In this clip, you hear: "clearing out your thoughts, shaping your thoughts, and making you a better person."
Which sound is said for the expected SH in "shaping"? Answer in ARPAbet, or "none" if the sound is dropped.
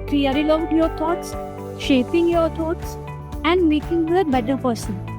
SH